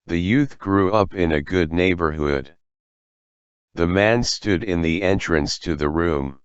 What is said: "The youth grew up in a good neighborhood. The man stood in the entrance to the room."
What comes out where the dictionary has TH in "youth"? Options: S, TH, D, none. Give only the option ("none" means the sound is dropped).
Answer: TH